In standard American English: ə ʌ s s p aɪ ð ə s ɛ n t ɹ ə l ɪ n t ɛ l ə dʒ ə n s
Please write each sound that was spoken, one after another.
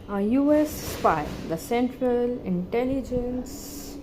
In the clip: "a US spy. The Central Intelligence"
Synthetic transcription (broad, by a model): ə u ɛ s f aɪ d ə s ɛ n t ɹ ə l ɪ n t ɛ l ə dʒ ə n s